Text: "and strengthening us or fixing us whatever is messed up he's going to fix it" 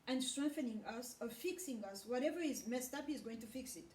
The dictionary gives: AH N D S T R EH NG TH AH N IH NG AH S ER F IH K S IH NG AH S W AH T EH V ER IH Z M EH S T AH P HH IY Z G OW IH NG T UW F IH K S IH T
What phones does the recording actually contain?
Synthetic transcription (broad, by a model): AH N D S T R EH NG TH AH N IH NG AH S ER F IH K S IH NG AH S W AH T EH V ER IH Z M EH S T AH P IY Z G OW IH NG T UW F IH K S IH T